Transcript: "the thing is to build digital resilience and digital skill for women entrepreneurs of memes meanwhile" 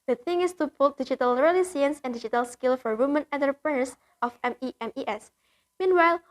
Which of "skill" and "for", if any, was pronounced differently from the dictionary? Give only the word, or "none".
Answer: none